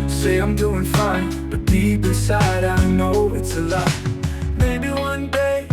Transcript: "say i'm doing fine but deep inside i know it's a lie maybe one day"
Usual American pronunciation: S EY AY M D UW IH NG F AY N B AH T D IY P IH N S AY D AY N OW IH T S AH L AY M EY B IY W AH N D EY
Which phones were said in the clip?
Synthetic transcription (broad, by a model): S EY AY M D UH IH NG F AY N B AH T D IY B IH S AY D AY N OW IH T S AH L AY M EY B IY W AH N D EY